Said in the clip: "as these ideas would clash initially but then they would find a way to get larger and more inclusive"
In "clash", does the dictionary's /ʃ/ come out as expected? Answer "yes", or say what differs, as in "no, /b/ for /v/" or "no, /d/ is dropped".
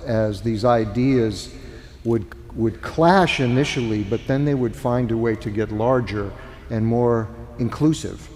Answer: yes